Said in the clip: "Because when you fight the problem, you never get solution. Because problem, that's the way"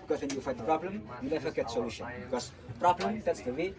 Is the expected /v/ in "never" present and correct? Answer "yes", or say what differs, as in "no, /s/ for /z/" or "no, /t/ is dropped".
no, /f/ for /v/